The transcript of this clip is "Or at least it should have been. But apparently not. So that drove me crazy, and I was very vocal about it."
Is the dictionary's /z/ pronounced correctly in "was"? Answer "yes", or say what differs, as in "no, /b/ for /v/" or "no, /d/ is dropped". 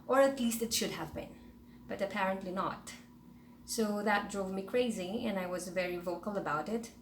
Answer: yes